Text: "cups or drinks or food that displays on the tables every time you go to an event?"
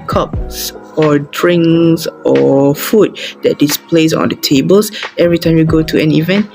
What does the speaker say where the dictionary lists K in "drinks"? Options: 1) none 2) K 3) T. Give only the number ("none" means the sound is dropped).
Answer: 1